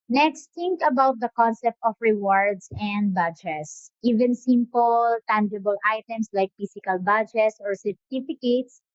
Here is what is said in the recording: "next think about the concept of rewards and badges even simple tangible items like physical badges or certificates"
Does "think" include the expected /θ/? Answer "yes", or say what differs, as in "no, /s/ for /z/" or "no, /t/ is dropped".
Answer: no, /t/ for /θ/